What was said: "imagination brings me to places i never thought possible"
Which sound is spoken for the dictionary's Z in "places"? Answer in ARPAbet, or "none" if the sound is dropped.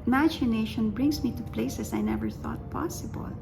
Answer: S